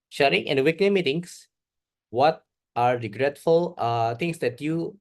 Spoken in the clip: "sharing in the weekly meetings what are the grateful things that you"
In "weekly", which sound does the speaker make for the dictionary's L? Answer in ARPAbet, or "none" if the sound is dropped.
N